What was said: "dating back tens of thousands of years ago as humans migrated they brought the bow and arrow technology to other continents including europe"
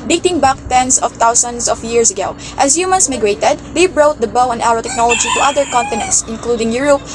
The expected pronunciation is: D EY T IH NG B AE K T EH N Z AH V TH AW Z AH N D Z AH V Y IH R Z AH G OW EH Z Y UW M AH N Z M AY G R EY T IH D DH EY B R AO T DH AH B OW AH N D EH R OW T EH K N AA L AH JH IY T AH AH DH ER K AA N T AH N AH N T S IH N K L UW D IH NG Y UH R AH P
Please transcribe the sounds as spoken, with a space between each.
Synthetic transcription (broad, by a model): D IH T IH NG B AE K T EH N S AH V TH AW S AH N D S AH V Y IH R S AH G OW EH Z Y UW M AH N S M AY G R EY T IH D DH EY B R AO T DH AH B OW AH N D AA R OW T EH K N AA L AH JH IY T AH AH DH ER K AA N T AH N AH N T S IH N K L UW D IH NG Y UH R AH P